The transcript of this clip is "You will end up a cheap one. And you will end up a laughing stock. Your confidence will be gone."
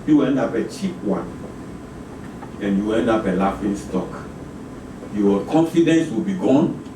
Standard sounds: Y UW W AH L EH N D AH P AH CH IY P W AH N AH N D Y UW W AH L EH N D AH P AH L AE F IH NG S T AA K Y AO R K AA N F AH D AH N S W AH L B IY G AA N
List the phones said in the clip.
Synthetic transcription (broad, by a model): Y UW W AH EH N D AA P AH CH IY P W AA N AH N Y UW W EH N D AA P AH L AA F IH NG S T AA K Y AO K AA N F AH D AH N S W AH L B IY G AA N